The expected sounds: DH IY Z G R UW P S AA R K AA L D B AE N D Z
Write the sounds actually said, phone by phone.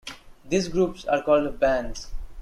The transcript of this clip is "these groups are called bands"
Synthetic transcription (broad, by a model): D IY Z G R UW P S AA R K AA L D B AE N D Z